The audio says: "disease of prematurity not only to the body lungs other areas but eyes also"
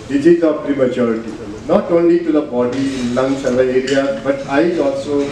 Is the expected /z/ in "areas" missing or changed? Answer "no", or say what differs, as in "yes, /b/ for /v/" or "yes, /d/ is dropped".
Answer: yes, /z/ is dropped